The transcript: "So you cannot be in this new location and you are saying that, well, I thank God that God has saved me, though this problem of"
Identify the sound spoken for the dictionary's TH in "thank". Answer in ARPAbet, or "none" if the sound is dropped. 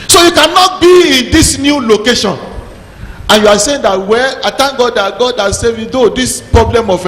T